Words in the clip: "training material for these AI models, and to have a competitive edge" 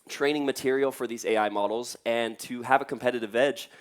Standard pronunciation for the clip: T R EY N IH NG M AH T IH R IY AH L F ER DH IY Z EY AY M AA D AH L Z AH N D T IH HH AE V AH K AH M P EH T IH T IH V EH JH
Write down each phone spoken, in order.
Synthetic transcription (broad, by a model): T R EY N IH NG M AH T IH R IY L F ER DH IY Z EY AY M AA D L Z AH N T IH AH V AH K AH M P EH T IH T IH V EH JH